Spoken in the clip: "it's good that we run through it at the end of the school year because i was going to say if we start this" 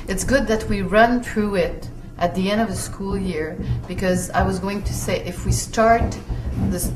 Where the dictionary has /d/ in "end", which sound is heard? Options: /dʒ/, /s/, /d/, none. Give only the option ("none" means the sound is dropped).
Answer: /d/